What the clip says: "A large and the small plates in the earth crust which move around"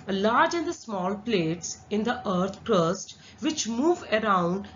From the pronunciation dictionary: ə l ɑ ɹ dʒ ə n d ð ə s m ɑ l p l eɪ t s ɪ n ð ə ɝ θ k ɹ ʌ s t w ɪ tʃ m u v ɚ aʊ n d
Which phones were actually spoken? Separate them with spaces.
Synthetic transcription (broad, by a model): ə l ɑ ɹ dʒ ə n d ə s m ɑ l p l eɪ t s ɪ n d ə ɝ t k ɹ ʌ s t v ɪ tʃ m u v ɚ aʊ n d